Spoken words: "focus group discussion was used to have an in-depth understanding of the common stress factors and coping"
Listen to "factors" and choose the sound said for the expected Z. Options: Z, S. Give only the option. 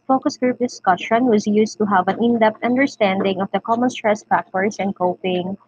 S